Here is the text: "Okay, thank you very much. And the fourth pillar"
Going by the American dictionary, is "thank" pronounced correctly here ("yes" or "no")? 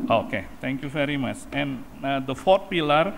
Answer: no